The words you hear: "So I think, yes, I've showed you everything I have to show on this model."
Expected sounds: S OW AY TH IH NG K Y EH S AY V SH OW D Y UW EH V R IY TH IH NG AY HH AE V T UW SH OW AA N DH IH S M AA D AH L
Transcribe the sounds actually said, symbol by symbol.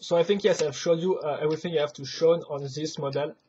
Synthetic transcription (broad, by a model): S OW AY TH IH NG K Y EH S AY V SH OW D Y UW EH V R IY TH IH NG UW HH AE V T UW SH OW AA N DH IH S M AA D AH L